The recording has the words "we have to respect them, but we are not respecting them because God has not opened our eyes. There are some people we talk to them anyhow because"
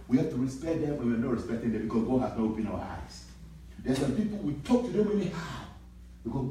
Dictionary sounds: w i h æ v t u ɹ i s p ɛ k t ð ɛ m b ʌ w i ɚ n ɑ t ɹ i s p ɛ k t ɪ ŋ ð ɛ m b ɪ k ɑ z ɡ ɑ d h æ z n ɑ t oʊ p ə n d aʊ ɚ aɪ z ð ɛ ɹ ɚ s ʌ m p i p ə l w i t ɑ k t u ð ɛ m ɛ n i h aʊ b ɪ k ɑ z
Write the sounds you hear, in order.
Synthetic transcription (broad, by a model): w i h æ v t u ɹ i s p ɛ t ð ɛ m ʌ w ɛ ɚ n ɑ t ɹ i s p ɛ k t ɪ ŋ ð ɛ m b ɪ k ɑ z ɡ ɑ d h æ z n ɑ t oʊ p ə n aʊ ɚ aɪ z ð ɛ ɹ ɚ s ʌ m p i p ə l w i t ɑ k t u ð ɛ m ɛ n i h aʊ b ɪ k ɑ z